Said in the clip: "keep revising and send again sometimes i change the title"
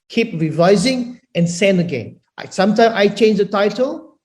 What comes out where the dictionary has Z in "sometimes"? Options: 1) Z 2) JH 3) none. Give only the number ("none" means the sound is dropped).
3